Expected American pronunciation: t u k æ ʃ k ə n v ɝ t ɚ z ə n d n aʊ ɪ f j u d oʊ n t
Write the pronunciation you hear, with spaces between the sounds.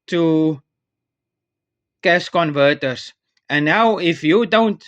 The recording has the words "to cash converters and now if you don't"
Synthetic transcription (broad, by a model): t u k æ s k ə n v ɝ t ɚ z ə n n aʊ ɪ f j u d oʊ n t